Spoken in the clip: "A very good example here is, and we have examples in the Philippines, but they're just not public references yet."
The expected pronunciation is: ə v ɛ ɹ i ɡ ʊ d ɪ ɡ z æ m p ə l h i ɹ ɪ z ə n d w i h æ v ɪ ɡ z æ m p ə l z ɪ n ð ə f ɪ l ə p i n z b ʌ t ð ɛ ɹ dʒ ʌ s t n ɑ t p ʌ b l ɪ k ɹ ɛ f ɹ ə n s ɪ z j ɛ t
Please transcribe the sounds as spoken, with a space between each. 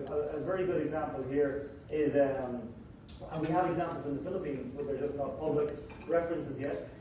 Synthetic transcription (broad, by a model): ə v ɛ ɹ i ɡ ʊ d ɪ ɡ z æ m p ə l h i ɹ ɪ z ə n w i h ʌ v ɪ ɡ z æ m p l z ɪ n ð ə f ɪ l ə p i n z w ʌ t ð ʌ ɹ dʒ ʌ s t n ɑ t p ʌ b l ɪ k ɹ ɛ f ɹ ə n s ɪ z j ɛ t